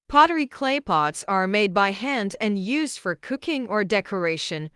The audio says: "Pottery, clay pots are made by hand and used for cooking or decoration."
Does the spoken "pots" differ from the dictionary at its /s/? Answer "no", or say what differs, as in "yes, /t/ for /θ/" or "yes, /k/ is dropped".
no